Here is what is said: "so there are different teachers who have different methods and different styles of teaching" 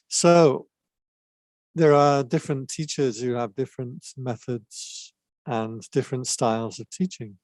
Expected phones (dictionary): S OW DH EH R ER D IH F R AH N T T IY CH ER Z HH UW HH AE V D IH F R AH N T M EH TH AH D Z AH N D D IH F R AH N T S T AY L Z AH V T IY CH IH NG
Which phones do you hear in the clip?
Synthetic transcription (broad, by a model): S OW DH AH R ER D IH F R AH N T T IY CH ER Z HH UW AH V D IH F R AH N T M EH TH AH D Z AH N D D IH F R AH N T S T AY L Z AH V T IY CH IH NG